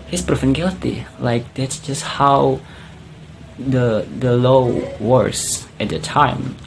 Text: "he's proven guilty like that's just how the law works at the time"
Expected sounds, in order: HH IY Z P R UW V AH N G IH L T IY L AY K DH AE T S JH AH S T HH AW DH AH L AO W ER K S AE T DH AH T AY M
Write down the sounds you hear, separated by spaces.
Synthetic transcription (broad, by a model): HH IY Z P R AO F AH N G IH L T IY L AY K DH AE T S JH AH S T HH AW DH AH L AO W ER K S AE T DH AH T AY M